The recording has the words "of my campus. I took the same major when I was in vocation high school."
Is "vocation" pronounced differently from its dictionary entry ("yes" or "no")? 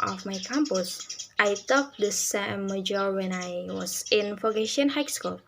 yes